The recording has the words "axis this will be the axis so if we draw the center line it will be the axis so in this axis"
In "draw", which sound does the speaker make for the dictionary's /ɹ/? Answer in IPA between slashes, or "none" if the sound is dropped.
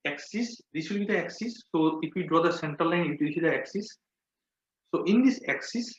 /ɹ/